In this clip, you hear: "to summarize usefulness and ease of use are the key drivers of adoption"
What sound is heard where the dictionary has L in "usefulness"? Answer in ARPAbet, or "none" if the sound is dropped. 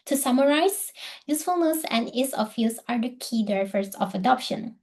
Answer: L